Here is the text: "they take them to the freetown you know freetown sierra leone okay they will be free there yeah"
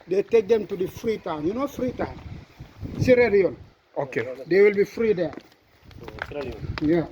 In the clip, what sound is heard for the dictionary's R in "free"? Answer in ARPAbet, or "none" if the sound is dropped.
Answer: R